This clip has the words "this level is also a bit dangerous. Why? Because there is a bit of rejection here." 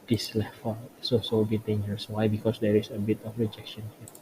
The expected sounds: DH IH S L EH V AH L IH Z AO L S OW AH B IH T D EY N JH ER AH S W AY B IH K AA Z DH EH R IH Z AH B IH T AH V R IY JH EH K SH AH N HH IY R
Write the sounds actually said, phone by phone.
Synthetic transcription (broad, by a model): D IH S L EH F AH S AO S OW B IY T D EY N JH ER AH S W AY B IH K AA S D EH R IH S AH B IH T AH F R IY JH EH K SH AH N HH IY